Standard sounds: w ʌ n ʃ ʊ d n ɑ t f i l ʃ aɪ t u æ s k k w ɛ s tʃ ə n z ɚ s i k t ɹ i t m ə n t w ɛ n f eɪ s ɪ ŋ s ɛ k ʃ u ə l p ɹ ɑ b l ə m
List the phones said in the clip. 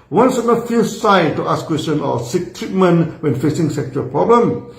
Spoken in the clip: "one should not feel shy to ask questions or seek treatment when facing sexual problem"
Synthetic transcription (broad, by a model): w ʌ n s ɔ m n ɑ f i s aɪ t u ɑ s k k w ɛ s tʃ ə n ɔ s i k t ɹ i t m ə n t w ɛ n f eɪ s ɪ ŋ s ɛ k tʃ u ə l p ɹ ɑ b l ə m